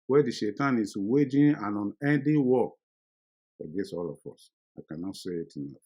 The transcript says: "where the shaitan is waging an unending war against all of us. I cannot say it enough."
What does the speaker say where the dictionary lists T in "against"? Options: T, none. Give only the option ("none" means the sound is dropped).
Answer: none